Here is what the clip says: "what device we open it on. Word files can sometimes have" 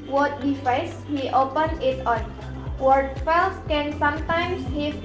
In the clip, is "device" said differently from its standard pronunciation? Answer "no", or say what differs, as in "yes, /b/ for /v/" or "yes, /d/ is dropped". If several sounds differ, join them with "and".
yes, /f/ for /v/